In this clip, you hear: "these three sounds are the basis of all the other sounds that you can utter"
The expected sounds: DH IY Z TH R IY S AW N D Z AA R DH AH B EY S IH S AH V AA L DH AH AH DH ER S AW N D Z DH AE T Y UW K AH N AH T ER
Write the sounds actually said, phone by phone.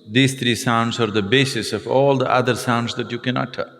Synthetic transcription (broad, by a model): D IY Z T R IY S AW N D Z AA R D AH B EY S IH S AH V AA L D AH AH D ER S AW N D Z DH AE T Y UW K AH N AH T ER